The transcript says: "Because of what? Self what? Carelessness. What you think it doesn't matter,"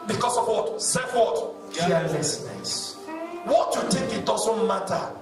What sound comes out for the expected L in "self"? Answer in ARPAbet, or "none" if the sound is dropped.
none